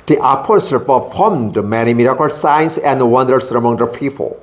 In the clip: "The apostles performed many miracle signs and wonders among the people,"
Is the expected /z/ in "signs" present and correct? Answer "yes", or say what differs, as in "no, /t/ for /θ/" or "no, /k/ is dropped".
no, /s/ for /z/